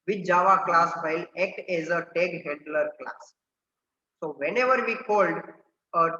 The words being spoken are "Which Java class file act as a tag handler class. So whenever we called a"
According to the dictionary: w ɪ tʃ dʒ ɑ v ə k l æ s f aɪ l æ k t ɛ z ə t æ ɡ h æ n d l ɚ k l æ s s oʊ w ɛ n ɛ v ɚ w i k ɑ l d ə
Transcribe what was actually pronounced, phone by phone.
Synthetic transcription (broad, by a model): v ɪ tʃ dʒ ɑ v ə k l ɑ s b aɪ l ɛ k t ɛ z ə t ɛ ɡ h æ n d l ɚ k l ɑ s s oʊ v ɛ n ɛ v ɚ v i k ɑ l d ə